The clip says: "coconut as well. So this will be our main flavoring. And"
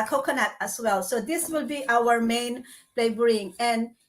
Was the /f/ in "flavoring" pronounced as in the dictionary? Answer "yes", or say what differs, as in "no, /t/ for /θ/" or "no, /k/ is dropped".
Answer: no, /p/ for /f/